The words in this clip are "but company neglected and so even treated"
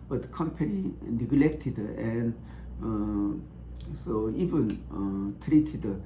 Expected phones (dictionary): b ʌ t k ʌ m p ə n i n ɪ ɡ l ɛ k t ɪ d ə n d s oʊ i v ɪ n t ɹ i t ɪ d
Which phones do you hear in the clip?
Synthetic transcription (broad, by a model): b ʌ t k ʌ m p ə l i n ɪ ɡ l ɛ k t ɪ d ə n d s oʊ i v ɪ n t ɹ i t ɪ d